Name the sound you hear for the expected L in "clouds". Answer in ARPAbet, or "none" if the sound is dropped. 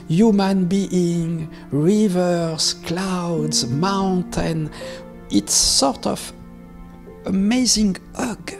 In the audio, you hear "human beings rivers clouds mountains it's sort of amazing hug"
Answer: L